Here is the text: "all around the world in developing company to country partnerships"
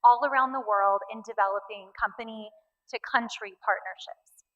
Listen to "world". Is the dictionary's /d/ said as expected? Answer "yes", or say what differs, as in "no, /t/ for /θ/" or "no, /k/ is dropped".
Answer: yes